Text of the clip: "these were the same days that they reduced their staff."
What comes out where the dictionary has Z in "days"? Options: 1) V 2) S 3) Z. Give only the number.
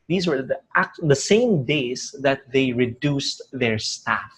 2